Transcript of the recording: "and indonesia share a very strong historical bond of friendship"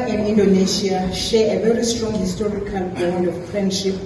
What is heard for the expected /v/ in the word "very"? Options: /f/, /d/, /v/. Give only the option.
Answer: /v/